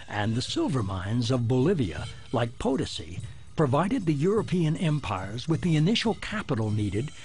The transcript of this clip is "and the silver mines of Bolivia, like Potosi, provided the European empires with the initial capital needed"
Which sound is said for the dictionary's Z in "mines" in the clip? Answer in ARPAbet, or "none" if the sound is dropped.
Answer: Z